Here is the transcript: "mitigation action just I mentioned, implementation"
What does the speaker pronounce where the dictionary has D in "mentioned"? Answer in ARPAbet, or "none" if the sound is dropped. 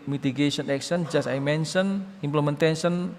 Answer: none